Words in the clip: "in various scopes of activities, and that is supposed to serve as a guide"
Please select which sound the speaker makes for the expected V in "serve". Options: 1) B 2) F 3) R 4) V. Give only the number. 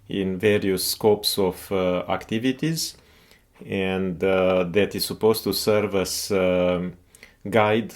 4